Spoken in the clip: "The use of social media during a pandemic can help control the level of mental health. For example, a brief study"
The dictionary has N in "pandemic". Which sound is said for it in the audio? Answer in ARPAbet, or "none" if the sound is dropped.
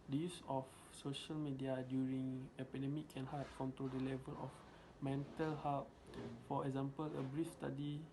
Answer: none